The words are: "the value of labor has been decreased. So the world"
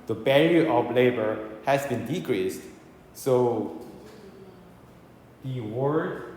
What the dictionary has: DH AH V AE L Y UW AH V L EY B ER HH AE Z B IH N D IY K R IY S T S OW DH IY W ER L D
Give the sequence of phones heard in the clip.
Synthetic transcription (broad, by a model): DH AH B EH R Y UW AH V L EY B ER HH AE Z B IH N D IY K R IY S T S OW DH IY W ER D